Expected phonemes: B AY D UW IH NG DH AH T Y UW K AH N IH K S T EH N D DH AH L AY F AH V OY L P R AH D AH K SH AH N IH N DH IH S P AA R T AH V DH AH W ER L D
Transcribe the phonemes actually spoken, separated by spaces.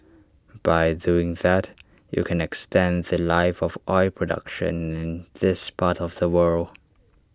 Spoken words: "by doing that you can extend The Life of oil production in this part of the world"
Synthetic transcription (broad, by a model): B AY D UW IH NG DH AH T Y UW K AH N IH K S T EH N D DH AH L AY F AH V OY P R AH D AH K SH AH N IH N DH IH S P AA R T AH V DH AH W ER L D